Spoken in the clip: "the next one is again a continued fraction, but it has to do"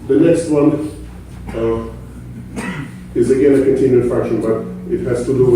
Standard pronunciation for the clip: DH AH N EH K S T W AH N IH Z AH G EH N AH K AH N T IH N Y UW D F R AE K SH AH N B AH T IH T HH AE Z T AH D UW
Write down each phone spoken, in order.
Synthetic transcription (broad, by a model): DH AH N EH K S T W AH N IH Z AH G EH N AH K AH N T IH N Y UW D F R AE K SH AH N B AH T IH T HH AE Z T AH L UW